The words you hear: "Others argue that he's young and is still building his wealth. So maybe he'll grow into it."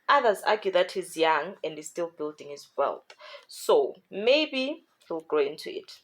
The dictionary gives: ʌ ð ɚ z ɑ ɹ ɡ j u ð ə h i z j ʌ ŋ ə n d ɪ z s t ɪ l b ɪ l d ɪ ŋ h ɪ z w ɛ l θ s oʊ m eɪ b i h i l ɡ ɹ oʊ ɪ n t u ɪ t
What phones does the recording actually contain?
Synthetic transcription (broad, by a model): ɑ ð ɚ z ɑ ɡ j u ð ə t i z j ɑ ŋ ə n d ɪ z s t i l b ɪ l d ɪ ŋ h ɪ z w ɛ l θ s oʊ m eɪ b i h i l ɡ ɹ oʊ ɪ n t u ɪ t